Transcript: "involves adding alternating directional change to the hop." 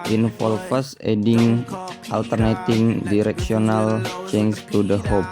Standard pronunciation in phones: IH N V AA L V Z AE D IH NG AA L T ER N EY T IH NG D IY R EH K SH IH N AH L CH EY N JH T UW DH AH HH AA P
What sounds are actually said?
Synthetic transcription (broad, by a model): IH N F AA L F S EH D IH NG AA L T ER N EY T IH NG D IY R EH K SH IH N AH L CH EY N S T UW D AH HH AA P